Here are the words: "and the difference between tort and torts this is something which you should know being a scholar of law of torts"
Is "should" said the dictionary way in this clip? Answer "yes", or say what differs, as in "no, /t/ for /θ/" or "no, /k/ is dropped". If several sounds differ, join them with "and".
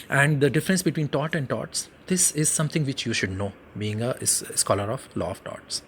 yes